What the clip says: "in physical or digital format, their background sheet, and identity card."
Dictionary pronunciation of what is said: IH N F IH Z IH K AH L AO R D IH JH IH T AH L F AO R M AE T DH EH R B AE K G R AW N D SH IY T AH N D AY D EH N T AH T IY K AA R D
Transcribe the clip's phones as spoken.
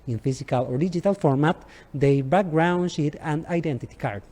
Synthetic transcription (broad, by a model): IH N F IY S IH K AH L AO R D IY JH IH T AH L F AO R M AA T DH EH B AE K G R AW N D SH IY T AH N D AY D EH N T AH T IY K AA R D